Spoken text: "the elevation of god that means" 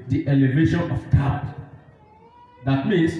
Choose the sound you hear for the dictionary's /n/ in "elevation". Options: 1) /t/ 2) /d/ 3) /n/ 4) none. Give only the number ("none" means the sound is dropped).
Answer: 3